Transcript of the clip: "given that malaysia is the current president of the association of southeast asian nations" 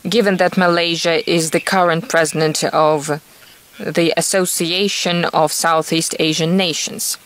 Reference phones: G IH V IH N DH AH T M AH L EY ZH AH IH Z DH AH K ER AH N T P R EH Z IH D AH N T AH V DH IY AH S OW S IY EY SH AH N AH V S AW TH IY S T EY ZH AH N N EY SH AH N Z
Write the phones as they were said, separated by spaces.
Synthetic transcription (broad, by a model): G IH V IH N DH AH T M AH L EY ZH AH IH Z DH AH K ER AH N T P R EH Z IH D AH N T AH V DH IY AH S OW S IY EY SH AH N AH V S AW TH IY S T EY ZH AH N N EY SH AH N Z